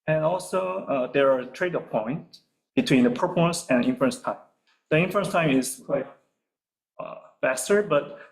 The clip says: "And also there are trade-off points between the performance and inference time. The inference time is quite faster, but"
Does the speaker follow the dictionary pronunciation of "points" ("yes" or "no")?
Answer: no